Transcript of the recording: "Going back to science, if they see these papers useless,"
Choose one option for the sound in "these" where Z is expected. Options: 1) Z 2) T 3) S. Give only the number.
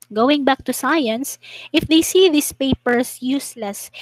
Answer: 3